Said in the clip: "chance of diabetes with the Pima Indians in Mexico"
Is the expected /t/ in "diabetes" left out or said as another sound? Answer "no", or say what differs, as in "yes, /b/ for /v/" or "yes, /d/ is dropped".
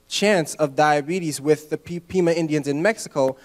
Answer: no